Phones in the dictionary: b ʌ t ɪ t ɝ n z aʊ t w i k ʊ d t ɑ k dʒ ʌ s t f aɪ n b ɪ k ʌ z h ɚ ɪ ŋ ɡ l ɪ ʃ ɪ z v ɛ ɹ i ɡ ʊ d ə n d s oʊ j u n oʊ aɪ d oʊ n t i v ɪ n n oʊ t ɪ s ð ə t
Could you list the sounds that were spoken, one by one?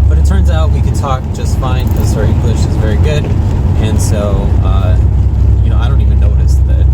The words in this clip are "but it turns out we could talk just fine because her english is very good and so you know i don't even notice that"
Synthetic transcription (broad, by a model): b ʌ t ɪ t ɝ n z aʊ t w i k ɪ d t ɑ k dʒ ʌ s t f aɪ n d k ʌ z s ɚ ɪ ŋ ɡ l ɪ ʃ ɪ z v ɛ ɹ i ɡ ʊ d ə n s oʊ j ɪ n oʊ aɪ d oʊ n t i v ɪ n n oʊ t ɪ s ð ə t